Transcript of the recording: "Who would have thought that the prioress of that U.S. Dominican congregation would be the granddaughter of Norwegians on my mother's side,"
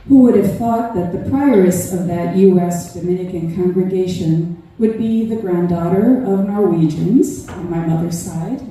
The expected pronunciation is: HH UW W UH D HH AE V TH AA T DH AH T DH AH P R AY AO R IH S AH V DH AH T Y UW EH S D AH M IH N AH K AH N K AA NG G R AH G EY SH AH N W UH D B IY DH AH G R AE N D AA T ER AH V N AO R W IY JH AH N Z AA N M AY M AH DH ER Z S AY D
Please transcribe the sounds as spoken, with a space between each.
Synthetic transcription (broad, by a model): HH UW W UH D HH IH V TH AA T DH AH T DH AH P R AY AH R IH S AH V DH AH T Y UW EH S D AH M IH N AH K AH N K AA NG G R AH G EY SH AH N W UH D B IY DH AH G R AE N D AA T ER AH V N AO R W IY JH AH N Z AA N M AY M AH DH ER Z S AY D